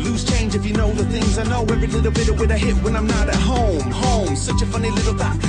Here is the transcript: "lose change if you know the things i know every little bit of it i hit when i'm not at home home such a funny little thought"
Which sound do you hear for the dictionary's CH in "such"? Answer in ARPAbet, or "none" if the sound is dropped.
CH